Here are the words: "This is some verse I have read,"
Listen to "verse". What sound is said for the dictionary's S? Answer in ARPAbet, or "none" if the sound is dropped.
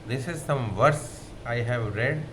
S